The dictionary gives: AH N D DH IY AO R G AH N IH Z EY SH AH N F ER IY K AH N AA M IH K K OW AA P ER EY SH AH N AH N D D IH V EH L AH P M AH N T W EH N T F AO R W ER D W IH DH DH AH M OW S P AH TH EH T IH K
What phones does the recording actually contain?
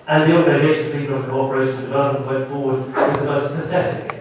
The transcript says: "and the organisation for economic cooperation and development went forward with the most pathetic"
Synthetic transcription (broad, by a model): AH N DH IY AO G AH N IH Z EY SH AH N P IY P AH L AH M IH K K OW AA P ER EY AH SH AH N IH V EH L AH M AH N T W EH N T F AO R W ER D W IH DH DH AH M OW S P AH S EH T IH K